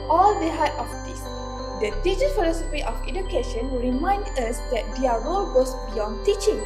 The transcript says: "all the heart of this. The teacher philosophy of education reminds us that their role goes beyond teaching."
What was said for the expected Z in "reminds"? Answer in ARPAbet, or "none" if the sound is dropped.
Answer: none